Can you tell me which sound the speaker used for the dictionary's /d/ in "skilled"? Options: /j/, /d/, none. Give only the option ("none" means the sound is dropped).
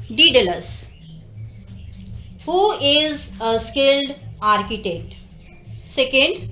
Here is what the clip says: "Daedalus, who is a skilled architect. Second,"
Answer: /d/